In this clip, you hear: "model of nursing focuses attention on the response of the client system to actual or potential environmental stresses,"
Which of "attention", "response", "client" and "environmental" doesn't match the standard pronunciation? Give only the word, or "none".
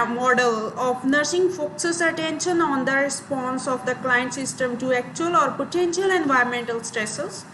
environmental